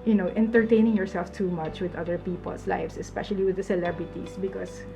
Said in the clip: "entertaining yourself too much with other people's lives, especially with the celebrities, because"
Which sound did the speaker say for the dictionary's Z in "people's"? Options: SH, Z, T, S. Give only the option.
S